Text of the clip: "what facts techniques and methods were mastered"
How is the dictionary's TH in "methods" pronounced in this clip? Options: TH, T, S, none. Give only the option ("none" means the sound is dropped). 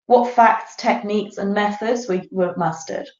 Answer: TH